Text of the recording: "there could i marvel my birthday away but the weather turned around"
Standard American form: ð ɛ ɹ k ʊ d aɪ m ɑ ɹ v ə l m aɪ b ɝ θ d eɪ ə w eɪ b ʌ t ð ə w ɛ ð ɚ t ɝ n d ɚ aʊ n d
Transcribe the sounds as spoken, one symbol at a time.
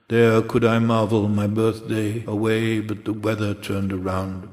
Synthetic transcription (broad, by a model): ð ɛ ɹ k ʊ d aɪ m ɑ ɹ v l m aɪ b ɝ θ d eɪ ə w eɪ b ʌ t ð ə w ɛ ð ɚ t ɝ n d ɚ aʊ n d